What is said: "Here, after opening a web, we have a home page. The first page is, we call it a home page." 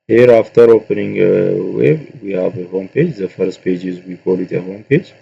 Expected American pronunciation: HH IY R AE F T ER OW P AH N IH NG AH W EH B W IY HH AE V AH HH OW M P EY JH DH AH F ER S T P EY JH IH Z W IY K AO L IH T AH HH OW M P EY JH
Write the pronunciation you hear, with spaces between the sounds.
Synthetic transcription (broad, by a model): HH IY R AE F T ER OW P AH N IH NG AH W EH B W IY HH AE V AH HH OW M P EY JH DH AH F ER S T P EY JH IH Z W IY K AO L IH T AH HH OW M P EY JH